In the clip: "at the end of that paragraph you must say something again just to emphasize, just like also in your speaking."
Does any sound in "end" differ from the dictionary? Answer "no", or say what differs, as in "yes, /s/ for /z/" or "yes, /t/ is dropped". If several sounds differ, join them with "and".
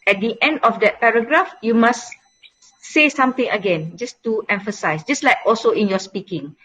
no